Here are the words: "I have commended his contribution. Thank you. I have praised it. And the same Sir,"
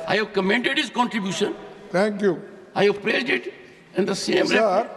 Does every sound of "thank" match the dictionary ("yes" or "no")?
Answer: no